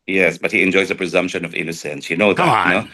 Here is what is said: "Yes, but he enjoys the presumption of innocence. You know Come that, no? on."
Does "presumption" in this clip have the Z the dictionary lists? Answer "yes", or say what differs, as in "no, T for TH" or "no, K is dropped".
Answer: yes